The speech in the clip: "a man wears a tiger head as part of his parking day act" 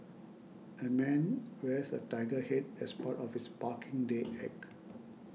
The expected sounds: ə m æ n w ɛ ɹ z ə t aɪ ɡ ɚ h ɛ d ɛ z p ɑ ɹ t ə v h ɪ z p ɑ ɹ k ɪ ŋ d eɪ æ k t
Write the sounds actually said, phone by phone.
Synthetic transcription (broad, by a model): ə m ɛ n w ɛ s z ə t aɪ ɡ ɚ h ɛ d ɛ s p ɑ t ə f h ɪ s p ɑ k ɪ ŋ d eɪ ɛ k